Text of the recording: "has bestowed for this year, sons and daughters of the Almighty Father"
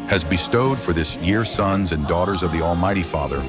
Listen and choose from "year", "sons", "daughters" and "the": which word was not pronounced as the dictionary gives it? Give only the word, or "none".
none